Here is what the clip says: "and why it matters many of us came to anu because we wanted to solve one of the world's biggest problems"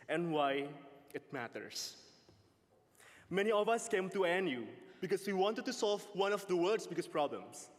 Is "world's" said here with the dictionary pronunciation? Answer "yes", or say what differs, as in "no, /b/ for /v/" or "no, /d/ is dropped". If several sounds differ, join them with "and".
no, /l/ is dropped